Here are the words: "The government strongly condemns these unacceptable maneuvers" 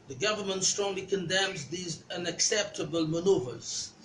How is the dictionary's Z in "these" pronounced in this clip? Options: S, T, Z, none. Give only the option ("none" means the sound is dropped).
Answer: Z